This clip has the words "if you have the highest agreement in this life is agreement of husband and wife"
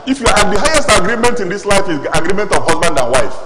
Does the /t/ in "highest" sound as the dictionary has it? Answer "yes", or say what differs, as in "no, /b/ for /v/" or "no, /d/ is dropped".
yes